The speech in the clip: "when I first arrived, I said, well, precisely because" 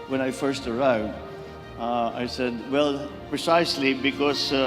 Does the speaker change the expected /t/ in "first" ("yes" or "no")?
no